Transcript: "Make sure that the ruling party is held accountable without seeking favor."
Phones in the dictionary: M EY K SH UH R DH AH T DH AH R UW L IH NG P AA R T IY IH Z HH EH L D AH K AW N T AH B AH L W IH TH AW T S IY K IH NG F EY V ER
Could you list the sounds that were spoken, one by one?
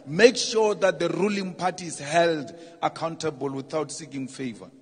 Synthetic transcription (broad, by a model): M EY K SH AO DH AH T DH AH R UW L IH NG P AA T IY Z HH EH L D AH K AW N T AH B AH L W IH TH AW T S IY K IH NG F EY V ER